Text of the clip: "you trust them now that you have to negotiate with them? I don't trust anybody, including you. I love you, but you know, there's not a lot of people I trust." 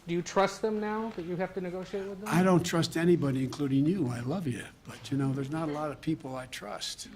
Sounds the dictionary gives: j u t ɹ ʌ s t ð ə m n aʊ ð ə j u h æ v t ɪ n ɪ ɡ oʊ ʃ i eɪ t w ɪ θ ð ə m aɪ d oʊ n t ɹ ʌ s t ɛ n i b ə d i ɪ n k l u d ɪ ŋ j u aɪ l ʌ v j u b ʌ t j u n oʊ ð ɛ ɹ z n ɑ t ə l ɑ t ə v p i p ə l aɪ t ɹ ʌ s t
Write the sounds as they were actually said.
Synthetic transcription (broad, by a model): j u t ɹ ʌ s t ð ə m n aʊ ð ə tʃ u h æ f t ɪ n ɪ ɡ oʊ ʃ i eɪ t w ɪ ð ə aɪ d oʊ n t ɹ ʌ s t ɛ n i b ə d i ɪ n k l u d ɪ ŋ j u aɪ l ʌ v j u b ʌ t j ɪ n oʊ ð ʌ ɹ z n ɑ t ə l ɑ t ə v p i p l aɪ t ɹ ʌ s t